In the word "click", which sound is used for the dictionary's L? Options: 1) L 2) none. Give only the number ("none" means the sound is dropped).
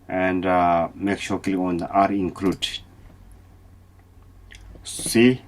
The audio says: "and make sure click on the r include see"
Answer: 2